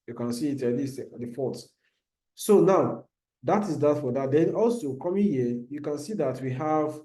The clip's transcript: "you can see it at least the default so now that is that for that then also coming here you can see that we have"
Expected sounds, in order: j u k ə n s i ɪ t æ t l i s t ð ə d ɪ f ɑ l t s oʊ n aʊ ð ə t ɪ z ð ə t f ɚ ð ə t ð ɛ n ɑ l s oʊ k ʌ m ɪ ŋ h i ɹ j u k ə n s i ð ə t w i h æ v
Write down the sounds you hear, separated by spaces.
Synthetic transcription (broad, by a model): j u k ə n s i ɪ t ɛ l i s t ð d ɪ f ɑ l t s oʊ n aʊ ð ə t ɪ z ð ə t f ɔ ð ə t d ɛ n ɑ l s oʊ k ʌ m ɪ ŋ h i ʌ j u k ə n s i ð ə t w i h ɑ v